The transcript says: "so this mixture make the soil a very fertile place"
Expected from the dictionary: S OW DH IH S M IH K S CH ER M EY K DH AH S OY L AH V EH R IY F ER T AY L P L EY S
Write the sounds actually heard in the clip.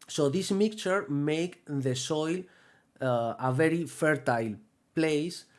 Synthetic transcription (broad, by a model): S OW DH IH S M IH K CH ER M EY K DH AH S OY L AH V EH R IY F ER T AY L P L EY S